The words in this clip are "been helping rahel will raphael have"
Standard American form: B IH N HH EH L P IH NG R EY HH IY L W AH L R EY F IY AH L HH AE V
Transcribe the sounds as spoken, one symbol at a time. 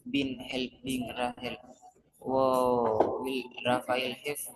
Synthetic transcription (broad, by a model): B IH N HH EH L B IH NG R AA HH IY L W AH L R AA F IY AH L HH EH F